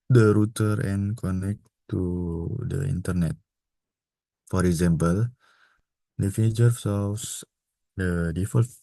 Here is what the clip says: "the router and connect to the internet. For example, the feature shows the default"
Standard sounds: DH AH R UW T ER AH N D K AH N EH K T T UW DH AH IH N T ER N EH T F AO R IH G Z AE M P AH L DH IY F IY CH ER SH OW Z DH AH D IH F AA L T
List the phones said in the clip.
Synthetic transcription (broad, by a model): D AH R UW T ER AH N K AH N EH K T T UW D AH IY N T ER N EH T F AO R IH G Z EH M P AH L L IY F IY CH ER S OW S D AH D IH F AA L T